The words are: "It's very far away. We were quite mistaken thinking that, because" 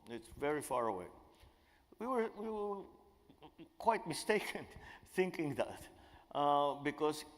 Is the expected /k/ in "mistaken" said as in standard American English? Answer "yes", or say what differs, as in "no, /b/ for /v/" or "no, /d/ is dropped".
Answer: yes